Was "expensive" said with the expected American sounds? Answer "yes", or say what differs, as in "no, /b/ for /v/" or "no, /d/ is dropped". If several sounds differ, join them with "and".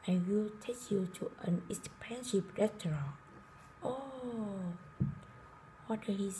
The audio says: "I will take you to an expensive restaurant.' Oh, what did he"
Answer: no, /ʃ/ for /s/ and /p/ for /v/